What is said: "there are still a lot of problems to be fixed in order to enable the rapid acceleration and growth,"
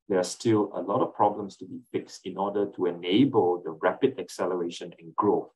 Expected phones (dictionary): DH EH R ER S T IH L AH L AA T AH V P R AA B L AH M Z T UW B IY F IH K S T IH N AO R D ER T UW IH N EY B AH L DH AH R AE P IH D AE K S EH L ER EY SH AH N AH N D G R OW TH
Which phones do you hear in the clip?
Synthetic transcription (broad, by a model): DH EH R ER S T IH L AH L AA T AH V P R AA B L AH M S T UW B IY F IH K S T IH N AO D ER T UW IH N EY B AH L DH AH R AE P IH D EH K S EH L ER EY SH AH N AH N G R OW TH